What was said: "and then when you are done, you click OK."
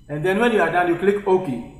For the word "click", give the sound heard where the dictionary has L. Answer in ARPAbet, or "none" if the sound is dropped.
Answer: L